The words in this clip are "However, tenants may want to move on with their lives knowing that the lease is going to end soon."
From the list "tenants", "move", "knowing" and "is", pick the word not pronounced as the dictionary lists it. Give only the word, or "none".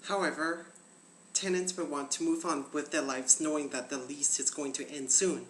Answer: none